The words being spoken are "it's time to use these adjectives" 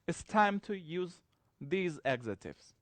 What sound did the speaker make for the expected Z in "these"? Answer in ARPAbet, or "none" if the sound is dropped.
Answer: Z